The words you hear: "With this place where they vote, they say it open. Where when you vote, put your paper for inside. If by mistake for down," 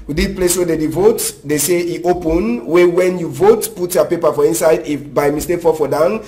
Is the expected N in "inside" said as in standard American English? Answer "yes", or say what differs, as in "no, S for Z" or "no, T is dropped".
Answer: yes